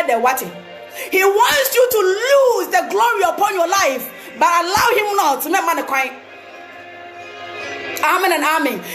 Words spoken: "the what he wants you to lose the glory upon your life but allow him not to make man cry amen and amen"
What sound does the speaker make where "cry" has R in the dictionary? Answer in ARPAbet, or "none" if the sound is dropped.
none